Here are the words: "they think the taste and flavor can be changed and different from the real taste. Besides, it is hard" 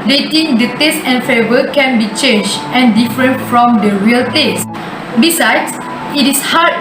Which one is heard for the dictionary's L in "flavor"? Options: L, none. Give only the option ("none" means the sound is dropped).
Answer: none